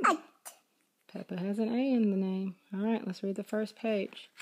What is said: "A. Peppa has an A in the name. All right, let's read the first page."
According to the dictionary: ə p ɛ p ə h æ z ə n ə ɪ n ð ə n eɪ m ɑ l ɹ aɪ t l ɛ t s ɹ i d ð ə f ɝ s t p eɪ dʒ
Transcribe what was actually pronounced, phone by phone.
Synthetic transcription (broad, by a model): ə p ɛ p ə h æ z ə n ə ɪ n ð ə n eɪ m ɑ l ɹ aɪ t l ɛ t s ɹ i d ð ə f ɝ s p eɪ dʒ